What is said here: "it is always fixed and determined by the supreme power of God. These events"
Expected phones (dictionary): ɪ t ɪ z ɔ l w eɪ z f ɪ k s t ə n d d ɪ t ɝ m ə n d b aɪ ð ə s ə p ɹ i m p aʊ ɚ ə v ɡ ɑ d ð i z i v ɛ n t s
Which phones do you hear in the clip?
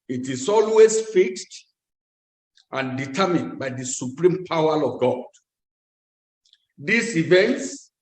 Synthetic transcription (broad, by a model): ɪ t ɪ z ɔ l w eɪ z f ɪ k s t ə n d d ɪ t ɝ m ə n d b aɪ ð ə s ə p ɹ i m p aʊ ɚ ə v ɡ ɑ d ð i s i v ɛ n t s